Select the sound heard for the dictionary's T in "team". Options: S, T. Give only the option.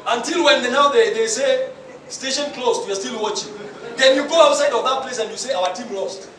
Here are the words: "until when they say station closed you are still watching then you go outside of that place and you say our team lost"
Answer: T